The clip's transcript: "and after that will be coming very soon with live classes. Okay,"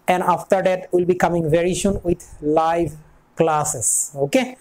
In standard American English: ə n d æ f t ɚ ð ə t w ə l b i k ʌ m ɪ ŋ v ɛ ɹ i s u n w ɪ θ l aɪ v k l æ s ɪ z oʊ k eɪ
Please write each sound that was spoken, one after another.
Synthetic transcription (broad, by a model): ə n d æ f t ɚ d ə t w ə l b i k ʌ m ɪ ŋ v ɛ ɹ i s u n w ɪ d l aɪ v k l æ s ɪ s oʊ k eɪ